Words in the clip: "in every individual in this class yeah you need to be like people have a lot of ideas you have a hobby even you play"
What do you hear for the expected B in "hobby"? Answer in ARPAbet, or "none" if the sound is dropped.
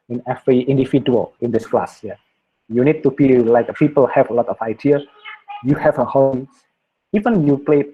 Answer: none